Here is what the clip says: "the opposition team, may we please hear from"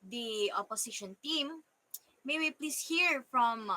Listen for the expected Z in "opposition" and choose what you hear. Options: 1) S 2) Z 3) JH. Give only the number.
1